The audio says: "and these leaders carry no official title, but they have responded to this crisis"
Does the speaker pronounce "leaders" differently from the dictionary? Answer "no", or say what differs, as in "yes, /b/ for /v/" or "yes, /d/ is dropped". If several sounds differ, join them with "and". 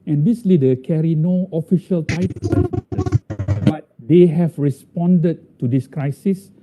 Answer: yes, /z/ is dropped